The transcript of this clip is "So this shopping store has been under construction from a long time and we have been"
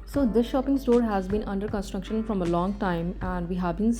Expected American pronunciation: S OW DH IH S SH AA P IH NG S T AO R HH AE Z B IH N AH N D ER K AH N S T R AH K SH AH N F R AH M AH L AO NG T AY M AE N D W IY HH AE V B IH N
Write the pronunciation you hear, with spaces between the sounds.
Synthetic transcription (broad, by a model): S OW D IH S SH AA P IH NG S T AO R HH AE Z B IH N AH N D ER K AH N S T R AH K SH AH N F R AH M AH L AO NG T AY M AE N D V IY HH AE V B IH N